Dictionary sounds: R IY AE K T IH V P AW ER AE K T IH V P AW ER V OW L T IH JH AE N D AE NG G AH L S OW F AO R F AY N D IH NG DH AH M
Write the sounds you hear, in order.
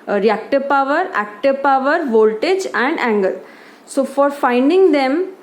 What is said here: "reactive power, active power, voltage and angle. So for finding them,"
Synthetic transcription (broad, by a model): R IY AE K T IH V P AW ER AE K T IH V P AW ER V OW L T IH JH AE N D AE NG G AH L S OW F AO R F AY N D IH NG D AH M